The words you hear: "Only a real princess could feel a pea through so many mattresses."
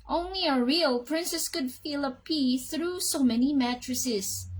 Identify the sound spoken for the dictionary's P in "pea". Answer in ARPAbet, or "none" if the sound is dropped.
P